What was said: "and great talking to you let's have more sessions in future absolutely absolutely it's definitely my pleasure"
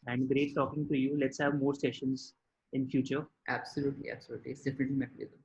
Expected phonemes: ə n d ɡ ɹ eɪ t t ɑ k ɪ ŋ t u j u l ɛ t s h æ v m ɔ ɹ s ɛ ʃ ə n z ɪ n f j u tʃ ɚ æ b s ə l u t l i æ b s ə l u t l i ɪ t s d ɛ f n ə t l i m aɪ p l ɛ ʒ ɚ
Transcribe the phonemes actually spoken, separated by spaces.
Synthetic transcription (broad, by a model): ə n d ɡ ɹ eɪ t t ɑ k ɪ ŋ t u j u l ɛ t s h æ v m ɔ ɹ s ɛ ʃ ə n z ɪ n f j u tʃ ɚ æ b s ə l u t l i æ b s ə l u t l i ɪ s d ɛ f n ə t l i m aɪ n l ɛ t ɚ